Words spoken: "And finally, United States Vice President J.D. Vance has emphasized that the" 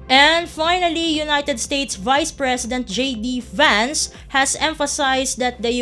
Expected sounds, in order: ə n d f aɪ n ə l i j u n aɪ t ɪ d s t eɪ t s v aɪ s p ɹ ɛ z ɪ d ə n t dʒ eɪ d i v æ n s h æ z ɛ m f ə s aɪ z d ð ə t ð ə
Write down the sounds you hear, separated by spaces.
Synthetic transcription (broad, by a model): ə n d f aɪ n ə l i j u n aɪ t ɪ d s t eɪ t s v aɪ s p ɹ ɛ s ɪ d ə n t dʒ eɪ d i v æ n s h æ s ɛ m f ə s aɪ s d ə t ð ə